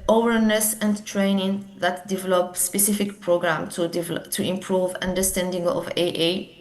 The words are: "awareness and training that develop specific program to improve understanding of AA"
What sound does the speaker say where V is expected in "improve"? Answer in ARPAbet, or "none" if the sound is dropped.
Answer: V